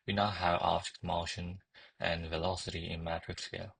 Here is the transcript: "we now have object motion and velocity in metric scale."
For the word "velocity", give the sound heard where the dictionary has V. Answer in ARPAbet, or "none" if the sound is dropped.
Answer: V